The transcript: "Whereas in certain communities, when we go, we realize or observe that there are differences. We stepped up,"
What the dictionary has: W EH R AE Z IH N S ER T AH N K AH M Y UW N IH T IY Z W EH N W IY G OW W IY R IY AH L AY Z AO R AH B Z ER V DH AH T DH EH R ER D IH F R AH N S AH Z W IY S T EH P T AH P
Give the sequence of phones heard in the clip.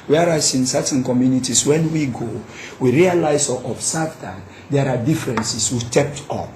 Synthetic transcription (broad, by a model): W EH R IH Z IH N S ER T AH N K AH M Y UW N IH T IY S W EH N W IY G OW W IY R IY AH L AY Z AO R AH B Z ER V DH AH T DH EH R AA D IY F R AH N S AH S W IY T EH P T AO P